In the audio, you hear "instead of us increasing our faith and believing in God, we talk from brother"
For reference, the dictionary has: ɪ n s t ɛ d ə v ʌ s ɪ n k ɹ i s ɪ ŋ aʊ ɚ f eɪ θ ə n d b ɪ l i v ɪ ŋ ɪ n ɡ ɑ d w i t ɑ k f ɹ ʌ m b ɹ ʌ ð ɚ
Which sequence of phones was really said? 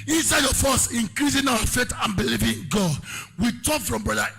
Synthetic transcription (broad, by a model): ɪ n s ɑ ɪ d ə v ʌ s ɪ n k ɹ i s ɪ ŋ aʊ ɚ f eɪ t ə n b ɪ l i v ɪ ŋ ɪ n ɡ ɑ d w i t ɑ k f ɹ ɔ m b ɹ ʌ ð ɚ